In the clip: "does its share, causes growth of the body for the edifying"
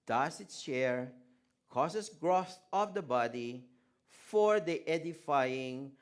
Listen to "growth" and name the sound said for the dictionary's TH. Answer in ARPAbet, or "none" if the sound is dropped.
S